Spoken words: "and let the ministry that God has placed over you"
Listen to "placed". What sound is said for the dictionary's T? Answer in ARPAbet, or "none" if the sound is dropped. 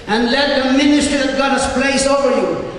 none